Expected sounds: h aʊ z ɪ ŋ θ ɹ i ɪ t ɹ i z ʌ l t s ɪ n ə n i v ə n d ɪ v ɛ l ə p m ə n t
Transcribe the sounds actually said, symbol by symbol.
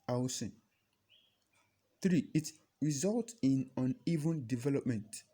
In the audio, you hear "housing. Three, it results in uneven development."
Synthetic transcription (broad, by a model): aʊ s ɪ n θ ɹ i ɪ t ɹ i z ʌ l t ɪ n ə n i v ə n d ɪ v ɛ l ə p m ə n t